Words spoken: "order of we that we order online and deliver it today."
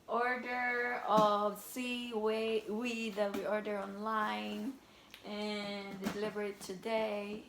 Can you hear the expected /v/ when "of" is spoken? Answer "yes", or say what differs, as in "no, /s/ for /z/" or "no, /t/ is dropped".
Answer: no, /w/ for /v/